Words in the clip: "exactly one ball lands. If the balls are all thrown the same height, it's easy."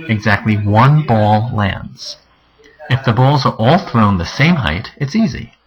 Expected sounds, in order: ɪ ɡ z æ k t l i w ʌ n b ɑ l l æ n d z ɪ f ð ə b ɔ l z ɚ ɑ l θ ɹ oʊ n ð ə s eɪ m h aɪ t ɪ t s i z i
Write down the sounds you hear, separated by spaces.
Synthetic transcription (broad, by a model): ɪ ɡ z æ k t l i w ʌ n b ɑ l l æ n d z ɪ f ð ə b ɔ l z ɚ ɑ l θ ɹ oʊ n ð ə s eɪ m h aɪ t ɪ t s i z i